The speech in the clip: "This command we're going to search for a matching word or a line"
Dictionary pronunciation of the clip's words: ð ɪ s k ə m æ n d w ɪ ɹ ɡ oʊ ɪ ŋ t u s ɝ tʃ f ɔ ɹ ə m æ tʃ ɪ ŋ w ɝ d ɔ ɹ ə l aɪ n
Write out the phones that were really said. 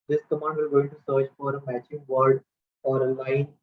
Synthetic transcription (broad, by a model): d ɪ s k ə m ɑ n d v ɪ l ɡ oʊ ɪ t u s ɝ tʃ f ɔ ɹ ə m æ tʃ ɪ ŋ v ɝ d ɔ ɹ ə l aɪ n